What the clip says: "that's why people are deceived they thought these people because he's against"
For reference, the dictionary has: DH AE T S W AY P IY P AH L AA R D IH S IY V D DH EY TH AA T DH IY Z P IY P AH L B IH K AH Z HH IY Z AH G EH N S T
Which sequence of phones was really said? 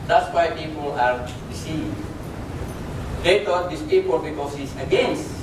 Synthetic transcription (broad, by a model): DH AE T S W AY P IY P AH L AA R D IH S IY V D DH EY T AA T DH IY S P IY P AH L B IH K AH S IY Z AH G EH N S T